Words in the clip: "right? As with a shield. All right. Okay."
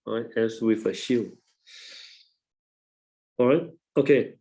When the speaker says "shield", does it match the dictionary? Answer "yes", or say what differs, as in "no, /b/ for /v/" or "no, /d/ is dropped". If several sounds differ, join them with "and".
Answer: no, /d/ is dropped